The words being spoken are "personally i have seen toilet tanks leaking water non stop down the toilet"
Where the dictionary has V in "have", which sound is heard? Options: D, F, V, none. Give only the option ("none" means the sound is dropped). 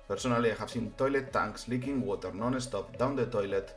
F